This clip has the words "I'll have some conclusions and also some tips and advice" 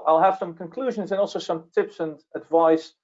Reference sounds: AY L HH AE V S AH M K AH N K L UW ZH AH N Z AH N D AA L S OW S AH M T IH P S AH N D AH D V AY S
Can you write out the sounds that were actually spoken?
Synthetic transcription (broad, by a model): AY L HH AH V S AH M K AH N K L UW ZH AH N Z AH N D AA L S OW S AH M T IH P S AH N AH D V AY S